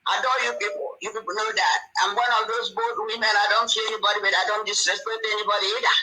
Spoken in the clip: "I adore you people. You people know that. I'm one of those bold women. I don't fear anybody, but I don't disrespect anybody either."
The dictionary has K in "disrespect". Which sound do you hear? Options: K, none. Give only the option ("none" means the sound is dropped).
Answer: none